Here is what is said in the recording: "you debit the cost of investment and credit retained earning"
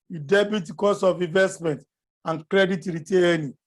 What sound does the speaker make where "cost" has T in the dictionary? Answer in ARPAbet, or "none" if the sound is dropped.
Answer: none